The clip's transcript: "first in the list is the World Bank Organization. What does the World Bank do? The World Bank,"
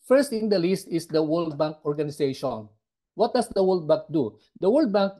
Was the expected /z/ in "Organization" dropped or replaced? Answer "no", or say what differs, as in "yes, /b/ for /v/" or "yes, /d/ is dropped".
yes, /s/ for /z/